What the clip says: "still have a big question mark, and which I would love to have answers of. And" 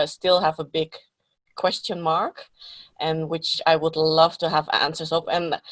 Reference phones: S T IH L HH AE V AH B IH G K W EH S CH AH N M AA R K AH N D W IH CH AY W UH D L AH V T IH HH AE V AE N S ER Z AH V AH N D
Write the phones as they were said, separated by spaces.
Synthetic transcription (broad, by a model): S T IH L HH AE V AH B IH G K W EH S CH AH N M AA R K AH N W IH CH AY W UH D L AH V T IH HH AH V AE N S ER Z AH P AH N